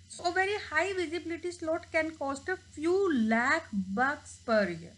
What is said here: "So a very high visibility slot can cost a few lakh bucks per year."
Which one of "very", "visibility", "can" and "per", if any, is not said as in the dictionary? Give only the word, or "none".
none